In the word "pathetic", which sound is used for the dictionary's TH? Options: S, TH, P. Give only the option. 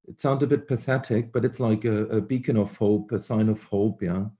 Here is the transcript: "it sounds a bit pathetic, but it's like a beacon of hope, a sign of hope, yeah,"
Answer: TH